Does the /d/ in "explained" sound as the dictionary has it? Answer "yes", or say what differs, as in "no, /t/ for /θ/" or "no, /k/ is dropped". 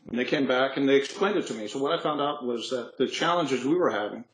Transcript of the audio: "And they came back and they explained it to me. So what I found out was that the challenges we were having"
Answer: yes